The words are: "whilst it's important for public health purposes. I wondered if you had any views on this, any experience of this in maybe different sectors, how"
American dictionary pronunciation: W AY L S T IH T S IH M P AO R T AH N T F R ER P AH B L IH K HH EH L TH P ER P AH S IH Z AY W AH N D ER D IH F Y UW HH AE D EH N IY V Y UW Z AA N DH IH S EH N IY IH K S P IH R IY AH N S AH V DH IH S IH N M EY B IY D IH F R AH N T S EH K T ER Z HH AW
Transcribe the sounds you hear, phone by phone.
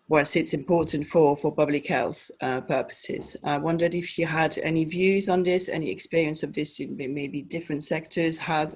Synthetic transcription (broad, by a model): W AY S IH T S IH M P AO R T N T F R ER P AH B L IH K HH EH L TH P ER P AH S IH Z AY W AH N D ER D IH F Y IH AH D EH N IY V Y UW Z N DH IH S EH N IY IH K S P IH R IY AH N S AH V DH IH S IH N M EY B IY D IH F R AH N T S EH K T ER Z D